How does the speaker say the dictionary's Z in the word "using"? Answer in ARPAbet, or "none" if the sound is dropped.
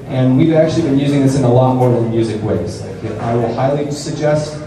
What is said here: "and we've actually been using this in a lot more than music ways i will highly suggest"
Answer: Z